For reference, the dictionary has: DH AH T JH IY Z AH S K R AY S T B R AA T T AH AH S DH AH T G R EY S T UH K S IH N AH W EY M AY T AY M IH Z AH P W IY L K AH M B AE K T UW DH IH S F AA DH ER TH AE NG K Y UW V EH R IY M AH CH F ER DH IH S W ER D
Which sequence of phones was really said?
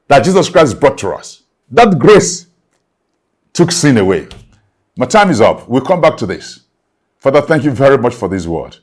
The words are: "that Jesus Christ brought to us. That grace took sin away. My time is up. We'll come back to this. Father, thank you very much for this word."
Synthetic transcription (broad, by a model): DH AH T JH IY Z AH S K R AY S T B R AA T T AH AH S DH AH T G R EY S T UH K S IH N AH W EY M AY T AY M IH Z AH P W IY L K AH M B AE K T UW DH IH S F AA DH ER TH AE NG K Y UW V EH R IY M AH CH F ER DH IH S W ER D